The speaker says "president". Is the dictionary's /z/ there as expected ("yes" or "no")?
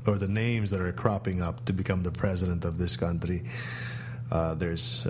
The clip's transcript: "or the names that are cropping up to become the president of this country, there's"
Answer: yes